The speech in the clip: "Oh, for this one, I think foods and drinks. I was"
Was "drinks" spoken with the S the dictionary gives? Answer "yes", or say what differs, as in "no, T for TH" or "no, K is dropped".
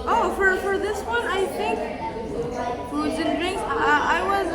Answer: no, S is dropped